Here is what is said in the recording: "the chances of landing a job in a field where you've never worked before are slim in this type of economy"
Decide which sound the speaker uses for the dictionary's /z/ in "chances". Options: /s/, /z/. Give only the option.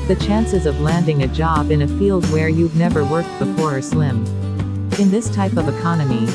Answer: /z/